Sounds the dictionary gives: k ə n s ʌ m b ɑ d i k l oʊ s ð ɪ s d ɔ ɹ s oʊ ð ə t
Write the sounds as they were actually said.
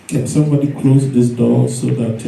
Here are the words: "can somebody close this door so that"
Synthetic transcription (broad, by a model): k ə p s ʌ m b ɑ d i k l oʊ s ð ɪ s d ɔ l s oʊ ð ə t